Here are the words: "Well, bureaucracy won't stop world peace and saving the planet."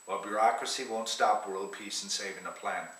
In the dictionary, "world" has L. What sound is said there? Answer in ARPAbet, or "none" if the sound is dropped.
L